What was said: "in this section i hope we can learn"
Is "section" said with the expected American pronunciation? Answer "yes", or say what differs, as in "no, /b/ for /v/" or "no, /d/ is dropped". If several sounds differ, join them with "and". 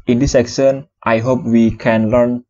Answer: no, /s/ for /ʃ/